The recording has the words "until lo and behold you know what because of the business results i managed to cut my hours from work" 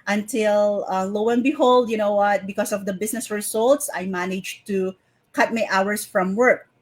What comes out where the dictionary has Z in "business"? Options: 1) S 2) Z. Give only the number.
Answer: 1